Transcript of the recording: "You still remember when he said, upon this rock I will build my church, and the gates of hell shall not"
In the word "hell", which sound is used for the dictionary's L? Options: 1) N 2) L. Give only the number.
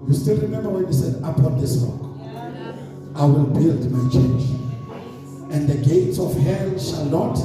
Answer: 1